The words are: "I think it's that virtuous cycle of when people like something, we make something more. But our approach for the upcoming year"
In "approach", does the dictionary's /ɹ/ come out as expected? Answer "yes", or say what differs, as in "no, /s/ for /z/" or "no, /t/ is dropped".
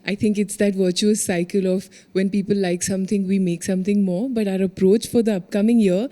yes